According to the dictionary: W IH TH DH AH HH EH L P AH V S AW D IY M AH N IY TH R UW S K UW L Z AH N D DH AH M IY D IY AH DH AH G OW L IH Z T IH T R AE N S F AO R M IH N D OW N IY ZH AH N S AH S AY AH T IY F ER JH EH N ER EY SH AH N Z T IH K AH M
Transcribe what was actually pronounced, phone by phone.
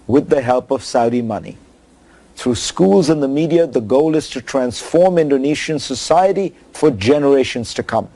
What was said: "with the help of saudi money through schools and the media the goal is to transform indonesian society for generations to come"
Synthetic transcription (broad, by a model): W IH DH AH HH EH L P AH V S AW D IY M AH N IY TH R UW S K UW L Z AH N DH AH M IY D IY AH DH AH G OW L IH Z T IH T R AE N S F AO R M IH N D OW N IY SH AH N S AH S AY AH T IY F ER JH EH N ER EY SH AH N Z T IH K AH M